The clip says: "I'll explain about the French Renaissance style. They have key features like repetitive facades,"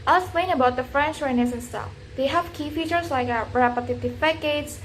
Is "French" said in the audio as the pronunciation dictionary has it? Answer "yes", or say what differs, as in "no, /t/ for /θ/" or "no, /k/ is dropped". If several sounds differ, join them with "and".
yes